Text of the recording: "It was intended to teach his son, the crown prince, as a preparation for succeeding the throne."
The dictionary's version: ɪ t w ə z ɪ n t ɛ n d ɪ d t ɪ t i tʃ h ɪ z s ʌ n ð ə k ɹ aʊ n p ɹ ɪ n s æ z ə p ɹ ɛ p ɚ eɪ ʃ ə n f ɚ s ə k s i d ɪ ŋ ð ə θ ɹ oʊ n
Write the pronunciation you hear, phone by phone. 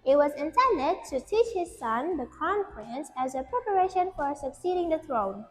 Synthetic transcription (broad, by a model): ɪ t w ə z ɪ n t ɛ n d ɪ t ɪ t i tʃ h ɪ z s ʌ n ð ə k aʊ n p ɹ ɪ n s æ z ə p ɹ ɛ p ɚ eɪ ʃ ə n f ɚ s ə k s i d ɪ ŋ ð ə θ ɹ oʊ n